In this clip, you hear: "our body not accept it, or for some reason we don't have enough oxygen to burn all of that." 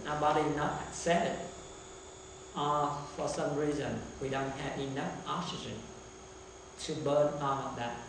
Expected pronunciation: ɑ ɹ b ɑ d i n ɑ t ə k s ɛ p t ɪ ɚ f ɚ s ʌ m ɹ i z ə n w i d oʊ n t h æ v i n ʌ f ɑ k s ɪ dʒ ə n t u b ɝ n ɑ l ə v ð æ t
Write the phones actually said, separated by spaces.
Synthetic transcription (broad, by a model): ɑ b ɑ d i n ɑ t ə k s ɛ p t ɪ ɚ f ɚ s ʌ m ɹ i z ə n w i d oʊ n t h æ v i n ʌ f ɑ k s ɪ dʒ ə n t u b ɝ n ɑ n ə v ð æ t